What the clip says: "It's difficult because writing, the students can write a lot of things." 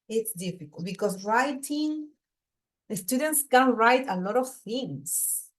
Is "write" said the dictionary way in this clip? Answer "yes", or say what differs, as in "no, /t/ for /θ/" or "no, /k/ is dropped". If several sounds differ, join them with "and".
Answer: yes